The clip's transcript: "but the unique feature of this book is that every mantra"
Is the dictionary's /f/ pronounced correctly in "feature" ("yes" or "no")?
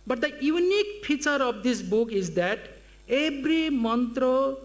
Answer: no